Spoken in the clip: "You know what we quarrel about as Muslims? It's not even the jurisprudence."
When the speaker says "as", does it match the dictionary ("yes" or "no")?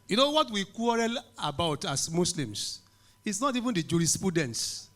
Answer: no